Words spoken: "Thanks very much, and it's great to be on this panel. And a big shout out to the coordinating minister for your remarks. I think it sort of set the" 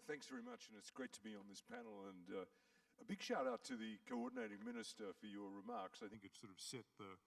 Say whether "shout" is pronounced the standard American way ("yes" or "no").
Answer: yes